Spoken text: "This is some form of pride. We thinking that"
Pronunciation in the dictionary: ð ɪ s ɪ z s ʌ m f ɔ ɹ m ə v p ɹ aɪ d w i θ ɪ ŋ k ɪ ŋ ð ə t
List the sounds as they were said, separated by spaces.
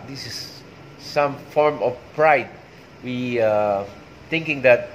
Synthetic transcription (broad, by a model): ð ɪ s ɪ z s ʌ m f ɔ ɹ m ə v p ɹ aɪ d w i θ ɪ ŋ k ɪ ŋ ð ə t